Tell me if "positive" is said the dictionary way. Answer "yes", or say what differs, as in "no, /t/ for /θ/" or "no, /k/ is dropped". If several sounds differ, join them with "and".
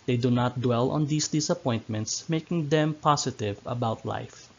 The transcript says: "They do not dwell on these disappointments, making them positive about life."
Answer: no, /s/ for /z/